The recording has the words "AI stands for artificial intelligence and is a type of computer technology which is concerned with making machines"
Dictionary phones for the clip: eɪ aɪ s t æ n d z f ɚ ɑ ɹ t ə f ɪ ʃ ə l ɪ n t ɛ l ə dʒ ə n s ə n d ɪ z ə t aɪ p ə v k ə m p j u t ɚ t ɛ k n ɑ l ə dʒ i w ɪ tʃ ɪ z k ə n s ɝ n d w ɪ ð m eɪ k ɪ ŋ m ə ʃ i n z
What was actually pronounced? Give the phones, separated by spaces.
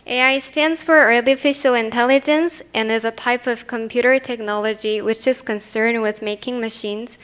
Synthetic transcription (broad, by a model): eɪ aɪ s t æ n d z f ɚ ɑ ɹ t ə f ɪ ʃ l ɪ n t ɛ l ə dʒ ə n s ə n ɪ z ə t aɪ p ə v k ə m p j u t ɚ t ɛ k n ɑ l ə dʒ i w ɪ tʃ ɪ z k ə n s ɝ n d w ɪ ð m eɪ k ɪ ŋ m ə ʃ i n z